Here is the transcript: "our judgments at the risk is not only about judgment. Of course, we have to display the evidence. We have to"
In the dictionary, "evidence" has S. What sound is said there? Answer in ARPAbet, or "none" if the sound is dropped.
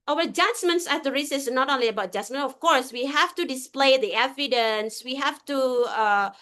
S